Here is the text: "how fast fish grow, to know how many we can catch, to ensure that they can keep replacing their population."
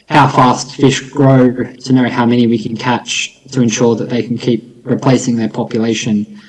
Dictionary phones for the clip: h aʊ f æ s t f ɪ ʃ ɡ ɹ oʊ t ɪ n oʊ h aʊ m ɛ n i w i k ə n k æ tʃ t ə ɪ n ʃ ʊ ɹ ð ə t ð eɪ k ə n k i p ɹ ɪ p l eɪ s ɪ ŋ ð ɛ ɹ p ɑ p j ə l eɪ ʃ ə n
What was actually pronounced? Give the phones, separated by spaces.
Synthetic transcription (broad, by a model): h aʊ f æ s t f ɪ ʃ ɡ ɹ oʊ t ɪ n oʊ h aʊ m ɛ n i w i k ə n k æ tʃ t ə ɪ n ʃ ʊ ɹ ð ə t ð eɪ k n k i p ɹ ɪ p l eɪ s ɪ ŋ ð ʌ ɹ p ɑ p j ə l eɪ ʃ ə n